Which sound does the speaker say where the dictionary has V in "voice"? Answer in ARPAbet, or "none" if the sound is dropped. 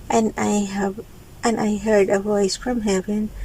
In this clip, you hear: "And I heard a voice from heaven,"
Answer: V